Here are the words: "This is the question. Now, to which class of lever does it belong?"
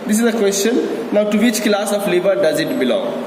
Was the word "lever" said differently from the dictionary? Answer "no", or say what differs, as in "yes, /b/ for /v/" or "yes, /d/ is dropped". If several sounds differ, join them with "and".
yes, /b/ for /v/